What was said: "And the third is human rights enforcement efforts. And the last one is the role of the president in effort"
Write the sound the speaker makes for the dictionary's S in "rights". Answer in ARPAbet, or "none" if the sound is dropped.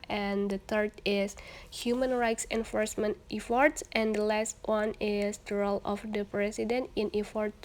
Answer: S